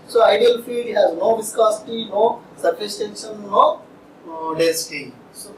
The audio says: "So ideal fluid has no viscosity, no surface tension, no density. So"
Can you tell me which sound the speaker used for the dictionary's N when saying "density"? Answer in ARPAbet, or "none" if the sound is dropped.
none